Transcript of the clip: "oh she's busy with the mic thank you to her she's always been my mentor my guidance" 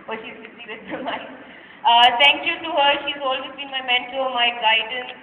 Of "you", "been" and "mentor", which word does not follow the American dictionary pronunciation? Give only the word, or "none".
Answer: mentor